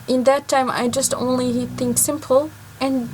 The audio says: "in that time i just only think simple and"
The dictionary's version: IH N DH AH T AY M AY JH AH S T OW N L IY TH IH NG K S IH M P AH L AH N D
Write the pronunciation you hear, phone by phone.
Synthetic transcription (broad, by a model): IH N DH AH T AY M AY JH AH S T OW N L IY TH IH NG K S IH M P L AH N